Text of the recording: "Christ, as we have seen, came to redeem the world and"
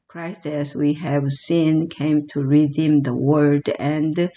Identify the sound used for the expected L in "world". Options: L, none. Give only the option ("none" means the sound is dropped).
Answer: none